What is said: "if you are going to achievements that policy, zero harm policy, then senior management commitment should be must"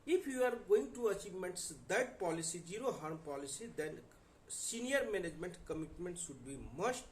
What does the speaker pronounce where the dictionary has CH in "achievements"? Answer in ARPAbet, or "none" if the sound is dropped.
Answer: CH